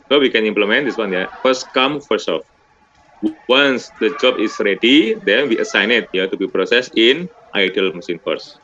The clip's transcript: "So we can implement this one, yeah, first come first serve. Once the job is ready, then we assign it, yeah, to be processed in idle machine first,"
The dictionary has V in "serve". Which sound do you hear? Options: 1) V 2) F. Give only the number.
2